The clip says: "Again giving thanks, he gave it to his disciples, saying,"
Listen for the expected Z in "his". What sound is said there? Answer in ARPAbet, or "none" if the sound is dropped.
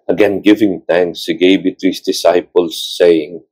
S